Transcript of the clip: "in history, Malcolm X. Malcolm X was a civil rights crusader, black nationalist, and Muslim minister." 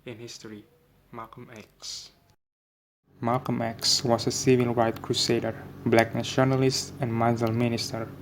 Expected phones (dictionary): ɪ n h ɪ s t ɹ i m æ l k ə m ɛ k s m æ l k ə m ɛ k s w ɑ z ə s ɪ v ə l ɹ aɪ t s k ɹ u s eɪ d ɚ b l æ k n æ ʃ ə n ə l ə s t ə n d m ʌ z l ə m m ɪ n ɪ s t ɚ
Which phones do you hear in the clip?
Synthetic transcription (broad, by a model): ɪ n h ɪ s t ɹ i m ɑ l k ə m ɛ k s m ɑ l k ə m ɛ k s w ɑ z ə s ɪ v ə l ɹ aɪ t k ɹ u s eɪ d ɚ b l æ k n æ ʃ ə n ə l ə s t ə n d m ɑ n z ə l m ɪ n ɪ s t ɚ